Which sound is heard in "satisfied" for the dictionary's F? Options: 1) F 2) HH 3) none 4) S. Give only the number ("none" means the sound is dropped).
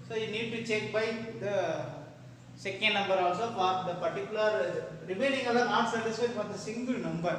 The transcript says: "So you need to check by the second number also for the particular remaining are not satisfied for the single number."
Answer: 3